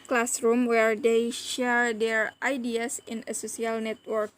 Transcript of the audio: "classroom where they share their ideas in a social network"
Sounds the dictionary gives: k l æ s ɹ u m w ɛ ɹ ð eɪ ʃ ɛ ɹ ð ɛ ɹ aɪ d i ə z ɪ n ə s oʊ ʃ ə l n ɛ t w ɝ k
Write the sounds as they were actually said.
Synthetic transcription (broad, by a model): k l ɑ s ɹ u m w ɛ ɹ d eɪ ʃ ɛ ɹ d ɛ ɹ aɪ d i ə s ɪ n ə s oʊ s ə l n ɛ t w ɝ k